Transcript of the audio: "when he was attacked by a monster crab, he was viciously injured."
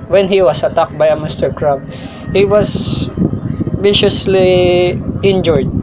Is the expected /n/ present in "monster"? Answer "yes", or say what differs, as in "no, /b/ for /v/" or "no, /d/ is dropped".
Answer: no, /n/ is dropped